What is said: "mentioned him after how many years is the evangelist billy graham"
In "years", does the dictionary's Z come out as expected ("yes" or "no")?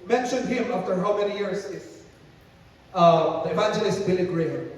no